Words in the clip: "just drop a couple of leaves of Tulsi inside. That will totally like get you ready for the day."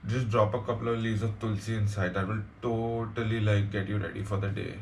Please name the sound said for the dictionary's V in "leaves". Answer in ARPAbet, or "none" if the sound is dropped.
none